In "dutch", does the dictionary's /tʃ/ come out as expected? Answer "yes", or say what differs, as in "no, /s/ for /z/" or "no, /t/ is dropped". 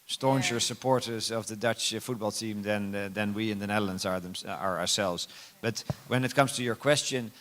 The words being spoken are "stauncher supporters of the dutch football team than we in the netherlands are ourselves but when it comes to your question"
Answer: yes